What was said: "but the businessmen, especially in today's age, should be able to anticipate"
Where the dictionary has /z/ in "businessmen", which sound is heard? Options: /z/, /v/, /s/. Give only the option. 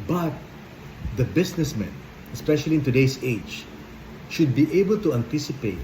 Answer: /s/